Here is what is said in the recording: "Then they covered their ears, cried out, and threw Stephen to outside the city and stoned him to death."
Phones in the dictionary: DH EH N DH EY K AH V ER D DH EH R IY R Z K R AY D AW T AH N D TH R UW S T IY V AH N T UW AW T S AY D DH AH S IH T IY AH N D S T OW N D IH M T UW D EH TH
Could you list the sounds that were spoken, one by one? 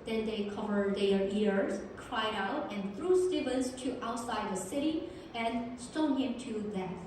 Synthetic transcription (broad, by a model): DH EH N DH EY K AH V ER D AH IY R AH R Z K R AY D AW T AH N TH R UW S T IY B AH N T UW AW T S AY D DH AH S IH T IY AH N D S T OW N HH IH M T UW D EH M